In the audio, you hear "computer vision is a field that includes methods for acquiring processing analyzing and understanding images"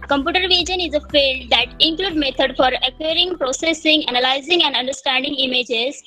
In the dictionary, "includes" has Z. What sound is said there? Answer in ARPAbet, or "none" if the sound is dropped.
none